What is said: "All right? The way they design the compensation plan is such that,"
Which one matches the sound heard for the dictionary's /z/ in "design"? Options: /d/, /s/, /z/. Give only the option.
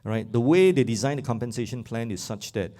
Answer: /z/